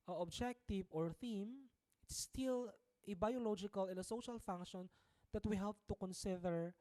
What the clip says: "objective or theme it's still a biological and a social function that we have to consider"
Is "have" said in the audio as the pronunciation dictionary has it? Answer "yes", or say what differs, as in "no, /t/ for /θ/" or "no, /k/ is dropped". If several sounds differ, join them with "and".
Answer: no, /p/ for /v/